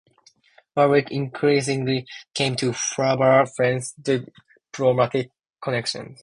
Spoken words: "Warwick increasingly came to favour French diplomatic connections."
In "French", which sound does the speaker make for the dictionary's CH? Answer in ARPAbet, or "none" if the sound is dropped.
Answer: S